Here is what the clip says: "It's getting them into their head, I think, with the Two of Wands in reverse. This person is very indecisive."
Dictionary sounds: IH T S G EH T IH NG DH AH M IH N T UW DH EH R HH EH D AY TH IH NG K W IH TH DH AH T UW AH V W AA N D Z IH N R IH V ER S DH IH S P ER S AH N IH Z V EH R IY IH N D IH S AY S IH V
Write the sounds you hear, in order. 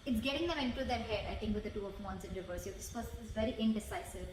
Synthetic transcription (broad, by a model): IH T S G EH T IH NG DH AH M IH N T UW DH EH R HH EH D AY T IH NG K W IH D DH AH T UW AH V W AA N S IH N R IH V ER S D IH S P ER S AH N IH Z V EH R IY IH N D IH S AY S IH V